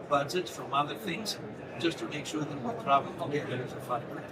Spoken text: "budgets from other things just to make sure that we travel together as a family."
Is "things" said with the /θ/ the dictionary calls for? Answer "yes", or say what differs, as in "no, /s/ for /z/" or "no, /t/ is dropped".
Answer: yes